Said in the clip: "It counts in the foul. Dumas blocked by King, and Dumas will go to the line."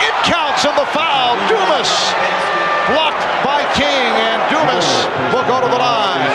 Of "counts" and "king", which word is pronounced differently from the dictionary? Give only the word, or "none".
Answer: none